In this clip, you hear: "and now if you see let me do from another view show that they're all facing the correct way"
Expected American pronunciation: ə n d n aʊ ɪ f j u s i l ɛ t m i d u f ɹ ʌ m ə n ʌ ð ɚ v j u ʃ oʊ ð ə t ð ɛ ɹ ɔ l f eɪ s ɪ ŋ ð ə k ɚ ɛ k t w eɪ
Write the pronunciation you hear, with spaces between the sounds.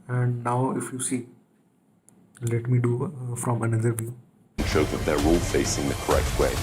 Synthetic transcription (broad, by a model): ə n d n aʊ ɪ f j u s i l ɛ t m i d u f ɹ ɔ m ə n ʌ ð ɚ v j u ʃ oʊ ð ə t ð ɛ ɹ ɔ l f eɪ s ɪ ŋ ð ə k ɚ ɛ k t w eɪ